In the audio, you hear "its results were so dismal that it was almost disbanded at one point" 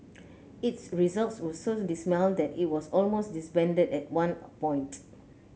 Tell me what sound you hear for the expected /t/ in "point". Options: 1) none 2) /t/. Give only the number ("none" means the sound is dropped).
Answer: 2